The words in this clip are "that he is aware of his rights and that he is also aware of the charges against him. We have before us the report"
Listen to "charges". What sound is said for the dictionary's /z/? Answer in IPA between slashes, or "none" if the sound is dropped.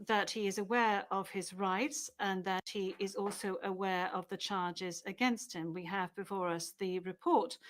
/z/